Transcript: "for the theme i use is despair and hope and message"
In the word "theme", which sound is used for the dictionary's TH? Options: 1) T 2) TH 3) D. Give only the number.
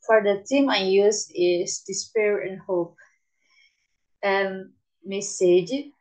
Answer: 1